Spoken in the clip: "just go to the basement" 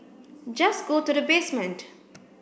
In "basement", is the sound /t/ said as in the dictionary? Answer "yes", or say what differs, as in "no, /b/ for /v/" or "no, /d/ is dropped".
yes